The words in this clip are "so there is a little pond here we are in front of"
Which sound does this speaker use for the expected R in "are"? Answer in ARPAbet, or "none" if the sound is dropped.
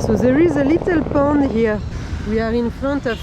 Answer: R